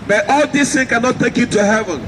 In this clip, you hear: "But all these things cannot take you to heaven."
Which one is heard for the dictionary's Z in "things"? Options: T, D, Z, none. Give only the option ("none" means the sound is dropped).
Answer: none